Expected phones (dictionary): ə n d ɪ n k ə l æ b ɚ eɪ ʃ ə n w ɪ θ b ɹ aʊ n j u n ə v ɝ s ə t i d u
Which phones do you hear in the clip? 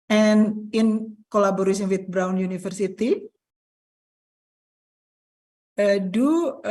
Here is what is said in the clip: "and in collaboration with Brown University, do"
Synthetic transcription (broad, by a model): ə n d ɪ n k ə l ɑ b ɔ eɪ s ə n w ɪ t b ɹ aʊ n j u n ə f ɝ s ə t i d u